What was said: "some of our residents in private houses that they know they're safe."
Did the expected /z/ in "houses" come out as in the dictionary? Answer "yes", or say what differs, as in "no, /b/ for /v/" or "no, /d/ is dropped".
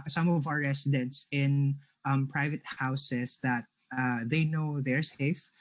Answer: no, /s/ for /z/